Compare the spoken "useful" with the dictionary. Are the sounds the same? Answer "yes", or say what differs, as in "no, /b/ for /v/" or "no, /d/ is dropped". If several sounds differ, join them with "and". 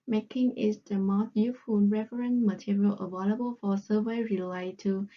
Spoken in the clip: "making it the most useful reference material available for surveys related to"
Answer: no, /s/ is dropped and /n/ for /l/